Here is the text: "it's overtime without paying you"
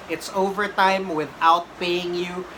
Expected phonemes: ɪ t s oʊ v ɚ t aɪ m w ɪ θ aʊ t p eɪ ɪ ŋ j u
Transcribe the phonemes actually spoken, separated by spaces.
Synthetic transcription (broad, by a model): ɪ t s oʊ v ɚ t aɪ m w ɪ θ aʊ t b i ɪ ŋ j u